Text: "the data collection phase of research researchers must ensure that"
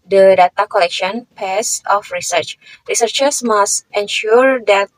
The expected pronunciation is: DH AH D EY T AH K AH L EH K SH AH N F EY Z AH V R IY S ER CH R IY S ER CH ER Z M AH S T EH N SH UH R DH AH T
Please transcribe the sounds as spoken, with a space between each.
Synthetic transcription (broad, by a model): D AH D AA T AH K AH L EH K SH AH N P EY S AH F R IY S ER CH R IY S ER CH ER S M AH S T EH N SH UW R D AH T